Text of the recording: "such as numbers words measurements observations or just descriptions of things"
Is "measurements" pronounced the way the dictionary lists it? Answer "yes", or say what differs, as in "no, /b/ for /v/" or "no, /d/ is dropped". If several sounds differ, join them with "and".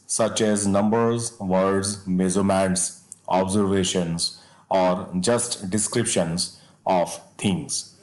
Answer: no, /z/ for /ʒ/